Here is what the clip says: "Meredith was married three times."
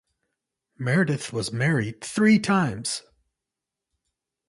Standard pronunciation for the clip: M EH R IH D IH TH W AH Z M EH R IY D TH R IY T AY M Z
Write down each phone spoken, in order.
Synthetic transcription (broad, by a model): M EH R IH D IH TH W AH Z M EH R IY D TH R IY T AY M Z